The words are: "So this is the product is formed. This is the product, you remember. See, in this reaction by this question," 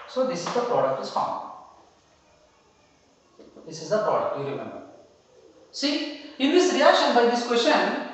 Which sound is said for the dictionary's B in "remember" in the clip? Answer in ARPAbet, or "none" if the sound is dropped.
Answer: B